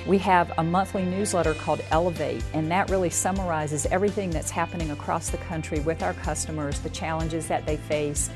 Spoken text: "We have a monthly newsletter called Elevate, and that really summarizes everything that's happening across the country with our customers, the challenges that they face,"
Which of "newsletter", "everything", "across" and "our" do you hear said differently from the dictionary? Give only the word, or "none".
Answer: none